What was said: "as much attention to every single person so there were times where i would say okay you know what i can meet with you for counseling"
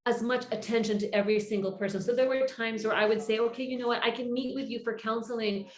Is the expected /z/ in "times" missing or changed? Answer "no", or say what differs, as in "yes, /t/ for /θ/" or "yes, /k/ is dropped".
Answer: no